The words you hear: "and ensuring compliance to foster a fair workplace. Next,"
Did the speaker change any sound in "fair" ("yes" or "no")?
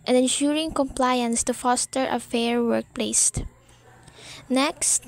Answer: no